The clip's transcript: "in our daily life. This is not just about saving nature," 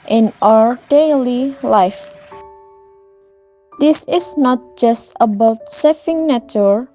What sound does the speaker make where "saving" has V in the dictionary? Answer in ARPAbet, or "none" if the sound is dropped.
F